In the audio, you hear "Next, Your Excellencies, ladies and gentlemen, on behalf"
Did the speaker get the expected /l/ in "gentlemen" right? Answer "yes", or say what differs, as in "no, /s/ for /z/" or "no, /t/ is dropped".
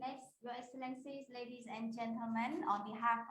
yes